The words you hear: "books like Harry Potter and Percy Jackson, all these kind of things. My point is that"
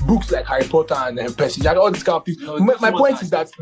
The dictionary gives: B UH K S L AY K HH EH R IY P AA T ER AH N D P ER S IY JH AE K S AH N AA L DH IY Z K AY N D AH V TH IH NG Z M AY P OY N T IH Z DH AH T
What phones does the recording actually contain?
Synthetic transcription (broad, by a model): B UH K S L AY K HH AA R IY P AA T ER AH N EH P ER S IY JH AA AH AA L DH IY S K AY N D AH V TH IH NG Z M AY P OY N T IH Z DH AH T